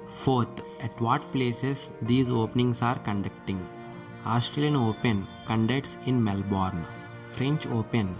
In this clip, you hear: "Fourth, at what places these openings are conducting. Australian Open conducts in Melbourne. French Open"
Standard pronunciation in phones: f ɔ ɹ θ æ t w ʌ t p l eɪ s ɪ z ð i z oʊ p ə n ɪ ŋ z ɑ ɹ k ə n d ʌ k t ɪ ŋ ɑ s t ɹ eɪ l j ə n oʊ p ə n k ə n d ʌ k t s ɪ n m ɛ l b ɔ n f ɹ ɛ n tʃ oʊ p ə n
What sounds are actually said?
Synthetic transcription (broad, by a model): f ɔ ɹ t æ t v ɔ t p l eɪ s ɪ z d i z oʊ p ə n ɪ ŋ s ɑ ɹ k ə n d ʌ k t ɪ ŋ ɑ s t ɹ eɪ l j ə n oʊ p ə n k ə n d ʌ k t s ɪ n m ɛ l b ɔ n f ɹ ɛ n tʃ oʊ p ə n